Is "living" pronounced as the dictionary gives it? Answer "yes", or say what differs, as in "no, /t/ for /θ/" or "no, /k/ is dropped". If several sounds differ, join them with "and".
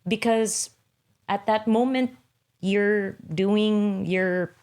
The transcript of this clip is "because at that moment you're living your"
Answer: no, /v/ is dropped